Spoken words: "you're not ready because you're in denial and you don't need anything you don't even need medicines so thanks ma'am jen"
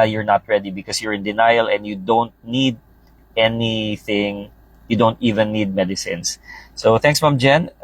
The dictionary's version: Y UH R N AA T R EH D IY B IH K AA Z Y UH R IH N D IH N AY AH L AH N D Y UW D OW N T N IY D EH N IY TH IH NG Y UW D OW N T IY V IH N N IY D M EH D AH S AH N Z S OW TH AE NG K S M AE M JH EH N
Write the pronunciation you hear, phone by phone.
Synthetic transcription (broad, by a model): Y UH R N AA T R EH D IY B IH K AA S Y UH R IH N D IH N AY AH L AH N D Y UW D OW N T N IY D EH N IY TH IH NG Y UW D OW N T IY V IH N N IY D M EH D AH S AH N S S OW TH AE NG K S M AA M JH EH N